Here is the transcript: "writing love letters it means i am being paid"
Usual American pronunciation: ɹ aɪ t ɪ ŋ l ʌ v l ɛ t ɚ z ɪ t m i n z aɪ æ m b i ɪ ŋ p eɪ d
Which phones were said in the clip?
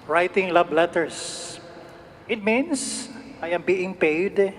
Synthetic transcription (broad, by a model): ɹ aɪ t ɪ ŋ l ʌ b l ɛ t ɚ s ɪ t m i n s aɪ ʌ m b i ɪ ŋ p eɪ d